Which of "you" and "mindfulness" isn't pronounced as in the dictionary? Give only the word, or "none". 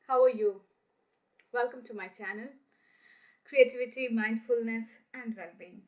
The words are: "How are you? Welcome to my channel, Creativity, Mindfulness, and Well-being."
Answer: none